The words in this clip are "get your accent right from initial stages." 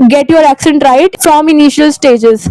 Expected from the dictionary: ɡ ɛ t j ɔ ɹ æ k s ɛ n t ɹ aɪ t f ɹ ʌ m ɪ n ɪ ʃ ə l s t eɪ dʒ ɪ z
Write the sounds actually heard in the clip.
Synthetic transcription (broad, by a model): ɡ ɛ t j ɔ ɹ æ k s ɛ n t ɹ aɪ t f ɹ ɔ m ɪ n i ʃ ə l s t eɪ dʒ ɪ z